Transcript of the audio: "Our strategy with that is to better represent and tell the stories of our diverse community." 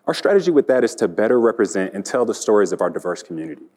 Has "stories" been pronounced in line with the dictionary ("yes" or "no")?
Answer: yes